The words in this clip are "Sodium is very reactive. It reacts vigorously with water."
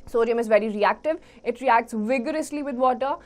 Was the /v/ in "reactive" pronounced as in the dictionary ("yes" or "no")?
yes